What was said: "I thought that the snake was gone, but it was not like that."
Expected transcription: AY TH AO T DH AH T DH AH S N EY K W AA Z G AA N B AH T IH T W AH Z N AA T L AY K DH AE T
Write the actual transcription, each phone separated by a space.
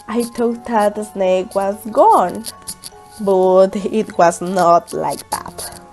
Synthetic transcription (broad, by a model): AY T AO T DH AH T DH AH S N EY K W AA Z G AA N B AH T IH T W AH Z N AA T L AY K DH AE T